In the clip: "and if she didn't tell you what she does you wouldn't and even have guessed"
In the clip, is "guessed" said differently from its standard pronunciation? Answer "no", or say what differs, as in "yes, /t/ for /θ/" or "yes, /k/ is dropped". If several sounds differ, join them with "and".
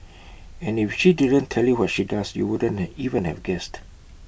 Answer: no